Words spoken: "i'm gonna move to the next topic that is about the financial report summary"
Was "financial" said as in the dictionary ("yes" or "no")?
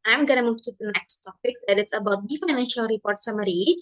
yes